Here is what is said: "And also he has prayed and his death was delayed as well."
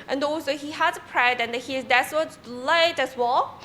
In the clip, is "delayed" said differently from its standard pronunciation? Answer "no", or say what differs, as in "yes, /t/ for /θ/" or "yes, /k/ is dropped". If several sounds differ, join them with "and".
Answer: yes, /l/ is dropped